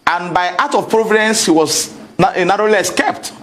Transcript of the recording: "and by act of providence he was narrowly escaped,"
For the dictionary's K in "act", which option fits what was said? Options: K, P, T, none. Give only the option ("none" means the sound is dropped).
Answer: none